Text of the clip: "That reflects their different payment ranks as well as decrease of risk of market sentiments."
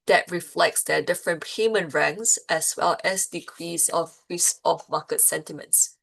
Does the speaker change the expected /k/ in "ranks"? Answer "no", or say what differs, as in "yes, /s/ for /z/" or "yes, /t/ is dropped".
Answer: yes, /k/ is dropped